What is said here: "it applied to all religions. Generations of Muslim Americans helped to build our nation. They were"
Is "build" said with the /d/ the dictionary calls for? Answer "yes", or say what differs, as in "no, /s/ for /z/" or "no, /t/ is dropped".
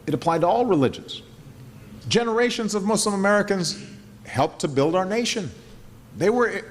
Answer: yes